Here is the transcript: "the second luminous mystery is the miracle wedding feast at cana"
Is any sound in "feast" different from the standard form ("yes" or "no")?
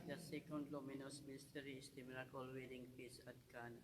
yes